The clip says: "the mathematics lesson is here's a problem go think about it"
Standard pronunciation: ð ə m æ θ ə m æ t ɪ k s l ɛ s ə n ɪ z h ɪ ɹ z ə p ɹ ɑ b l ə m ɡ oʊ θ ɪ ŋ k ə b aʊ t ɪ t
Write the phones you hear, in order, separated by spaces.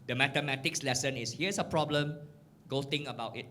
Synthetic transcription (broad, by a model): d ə m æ t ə m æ t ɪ k s l ɛ s ə n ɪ s h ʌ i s ə p ɹ ɑ b l ə m ɡ oʊ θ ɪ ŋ ə b aʊ t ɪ t